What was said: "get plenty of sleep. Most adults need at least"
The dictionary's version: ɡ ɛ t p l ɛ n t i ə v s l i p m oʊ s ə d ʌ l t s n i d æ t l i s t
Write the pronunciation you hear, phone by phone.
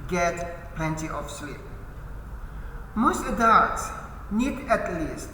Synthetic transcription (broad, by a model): ɡ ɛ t p l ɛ n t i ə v s l i p m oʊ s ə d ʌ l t n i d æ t l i s t